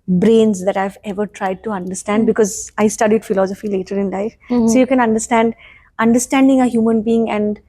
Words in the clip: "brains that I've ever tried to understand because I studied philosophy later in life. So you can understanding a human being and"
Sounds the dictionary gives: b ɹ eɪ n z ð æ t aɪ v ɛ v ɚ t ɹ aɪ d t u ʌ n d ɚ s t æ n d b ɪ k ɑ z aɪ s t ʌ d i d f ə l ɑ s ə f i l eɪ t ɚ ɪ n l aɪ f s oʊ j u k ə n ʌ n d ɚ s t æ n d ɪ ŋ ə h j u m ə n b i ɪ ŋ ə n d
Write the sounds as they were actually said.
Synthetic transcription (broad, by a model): b ɹ eɪ n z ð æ t aɪ v ɛ v ɚ t ɹ aɪ d t u ʌ n d ɚ s t æ n d b ɪ k ɑ z aɪ s t ʌ d i d f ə l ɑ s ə f i l eɪ t ɚ ɪ n l aɪ f s oʊ j u k ə n ʌ n d ɚ s t æ n d ɪ ŋ ə h j u m ə n b i ɪ ŋ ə n d